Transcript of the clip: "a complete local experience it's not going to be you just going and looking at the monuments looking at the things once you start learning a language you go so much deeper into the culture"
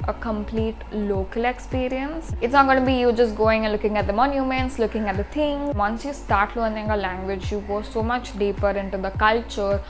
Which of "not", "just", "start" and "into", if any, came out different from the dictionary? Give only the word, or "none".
none